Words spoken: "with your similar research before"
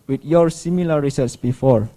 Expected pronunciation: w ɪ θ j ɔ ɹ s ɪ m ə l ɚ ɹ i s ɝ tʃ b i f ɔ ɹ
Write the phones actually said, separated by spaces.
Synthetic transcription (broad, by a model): w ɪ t j ɔ ɹ s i m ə l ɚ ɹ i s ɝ s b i f ɔ ɹ